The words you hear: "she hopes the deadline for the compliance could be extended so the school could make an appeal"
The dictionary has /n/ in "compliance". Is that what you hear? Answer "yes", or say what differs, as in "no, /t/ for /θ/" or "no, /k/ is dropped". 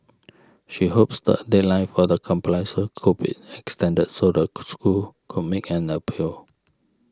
no, /n/ is dropped